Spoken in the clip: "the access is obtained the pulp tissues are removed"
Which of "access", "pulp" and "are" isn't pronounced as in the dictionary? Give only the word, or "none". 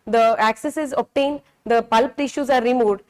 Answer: none